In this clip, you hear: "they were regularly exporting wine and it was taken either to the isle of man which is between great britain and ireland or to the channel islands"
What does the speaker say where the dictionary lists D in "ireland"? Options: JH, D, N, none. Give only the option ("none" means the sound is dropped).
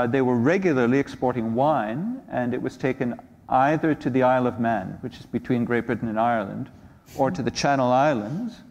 D